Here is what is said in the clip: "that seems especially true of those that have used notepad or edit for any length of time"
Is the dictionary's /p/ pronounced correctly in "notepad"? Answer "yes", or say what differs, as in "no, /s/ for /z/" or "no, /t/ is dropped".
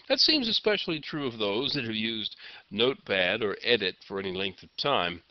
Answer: no, /b/ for /p/